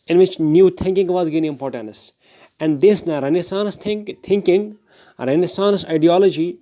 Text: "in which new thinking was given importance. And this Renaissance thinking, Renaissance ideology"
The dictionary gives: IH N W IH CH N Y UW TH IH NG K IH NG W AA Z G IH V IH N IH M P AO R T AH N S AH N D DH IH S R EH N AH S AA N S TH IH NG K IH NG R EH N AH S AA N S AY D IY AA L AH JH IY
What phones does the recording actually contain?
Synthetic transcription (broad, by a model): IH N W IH CH N Y UW T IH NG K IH NG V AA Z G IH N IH IH M P AO R T AH N S AH N D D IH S R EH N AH S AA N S T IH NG K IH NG R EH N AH S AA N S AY D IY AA L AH JH IY